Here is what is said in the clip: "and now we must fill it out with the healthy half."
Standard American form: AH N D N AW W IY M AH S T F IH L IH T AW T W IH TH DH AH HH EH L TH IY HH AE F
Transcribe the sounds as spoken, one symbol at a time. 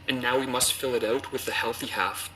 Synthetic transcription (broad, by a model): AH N N AW W IY M AH S T F IH L IH T AW T W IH DH AH HH EH L TH IY HH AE F